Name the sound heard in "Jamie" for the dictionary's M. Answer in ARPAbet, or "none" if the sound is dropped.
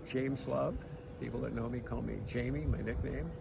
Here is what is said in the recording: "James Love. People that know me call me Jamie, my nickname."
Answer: M